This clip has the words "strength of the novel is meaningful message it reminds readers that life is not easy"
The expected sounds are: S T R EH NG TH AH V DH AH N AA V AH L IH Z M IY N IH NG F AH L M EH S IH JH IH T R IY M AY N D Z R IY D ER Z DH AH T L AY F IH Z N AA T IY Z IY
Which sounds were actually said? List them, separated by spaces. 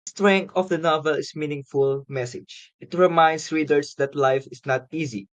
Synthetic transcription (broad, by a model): S T R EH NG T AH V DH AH N AA V AH L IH S M IY N IH NG F AH L M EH S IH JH IH T R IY M AY N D S R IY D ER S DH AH T L AY F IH S N AA T IY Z IY